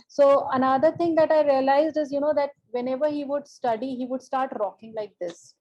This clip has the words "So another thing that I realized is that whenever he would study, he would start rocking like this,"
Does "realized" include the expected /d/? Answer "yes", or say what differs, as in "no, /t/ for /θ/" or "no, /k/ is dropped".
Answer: yes